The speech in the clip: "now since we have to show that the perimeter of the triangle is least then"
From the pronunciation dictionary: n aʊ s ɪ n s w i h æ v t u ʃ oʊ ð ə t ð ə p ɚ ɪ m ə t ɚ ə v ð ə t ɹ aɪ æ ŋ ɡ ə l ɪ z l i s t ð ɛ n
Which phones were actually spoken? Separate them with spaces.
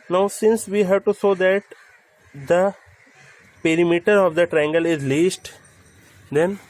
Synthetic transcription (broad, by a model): n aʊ s ɪ n s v i h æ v t u s oʊ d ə t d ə p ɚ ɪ m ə t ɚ ə v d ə t ɹ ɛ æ ŋ ɡ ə l ɪ z l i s t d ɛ n